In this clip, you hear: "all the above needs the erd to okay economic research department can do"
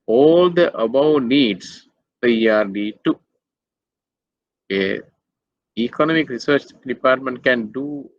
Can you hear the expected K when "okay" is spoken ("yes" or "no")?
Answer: no